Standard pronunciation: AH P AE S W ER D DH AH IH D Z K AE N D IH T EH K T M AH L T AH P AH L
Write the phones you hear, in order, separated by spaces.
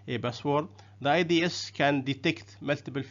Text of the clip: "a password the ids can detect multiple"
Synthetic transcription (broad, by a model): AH B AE S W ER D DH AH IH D S K AE N D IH T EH K T M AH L T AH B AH L